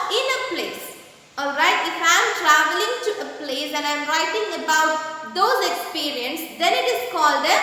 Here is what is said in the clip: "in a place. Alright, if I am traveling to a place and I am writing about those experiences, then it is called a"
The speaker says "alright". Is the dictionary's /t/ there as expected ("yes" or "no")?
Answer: yes